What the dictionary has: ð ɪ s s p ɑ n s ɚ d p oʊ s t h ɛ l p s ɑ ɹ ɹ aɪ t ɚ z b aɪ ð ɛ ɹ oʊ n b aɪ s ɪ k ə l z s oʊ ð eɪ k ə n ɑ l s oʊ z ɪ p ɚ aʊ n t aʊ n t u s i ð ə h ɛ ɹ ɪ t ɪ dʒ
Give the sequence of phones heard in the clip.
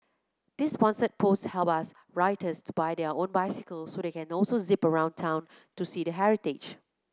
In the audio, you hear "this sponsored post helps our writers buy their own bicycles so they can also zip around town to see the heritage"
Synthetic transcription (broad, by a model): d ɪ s s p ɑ n s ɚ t p oʊ s t h ɛ l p ɑ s ɹ aɪ t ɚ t b aɪ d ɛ oʊ n b aɪ s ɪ k ə l s oʊ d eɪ k ə n ɑ l s oʊ z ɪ p ɚ aʊ n t aʊ n t u s i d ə h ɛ ɹ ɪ t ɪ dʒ